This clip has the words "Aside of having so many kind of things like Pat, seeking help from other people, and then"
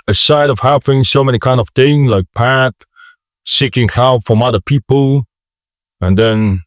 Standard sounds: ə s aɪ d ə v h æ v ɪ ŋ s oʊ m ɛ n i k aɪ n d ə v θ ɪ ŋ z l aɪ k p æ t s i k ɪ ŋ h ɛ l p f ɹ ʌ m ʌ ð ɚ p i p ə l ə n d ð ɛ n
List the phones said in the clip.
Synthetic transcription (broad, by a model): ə s aɪ d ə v h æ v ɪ ŋ s oʊ m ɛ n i k aɪ n d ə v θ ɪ ŋ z l aɪ k p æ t s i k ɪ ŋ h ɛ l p f ɹ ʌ m ʌ ð ɚ p i p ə l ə n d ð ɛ n